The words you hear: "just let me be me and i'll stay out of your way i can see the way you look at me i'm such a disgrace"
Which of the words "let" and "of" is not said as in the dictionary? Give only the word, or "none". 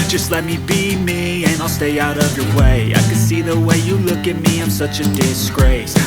none